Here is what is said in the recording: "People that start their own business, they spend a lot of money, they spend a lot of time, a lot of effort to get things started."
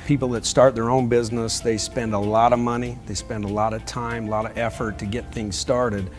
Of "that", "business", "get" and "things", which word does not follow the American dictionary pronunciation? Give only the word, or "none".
none